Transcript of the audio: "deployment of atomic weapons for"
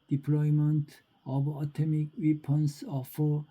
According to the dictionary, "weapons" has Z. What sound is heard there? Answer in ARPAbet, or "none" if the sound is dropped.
S